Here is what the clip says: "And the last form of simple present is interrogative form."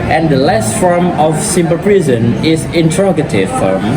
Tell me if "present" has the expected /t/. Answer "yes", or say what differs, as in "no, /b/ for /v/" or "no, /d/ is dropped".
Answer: no, /t/ is dropped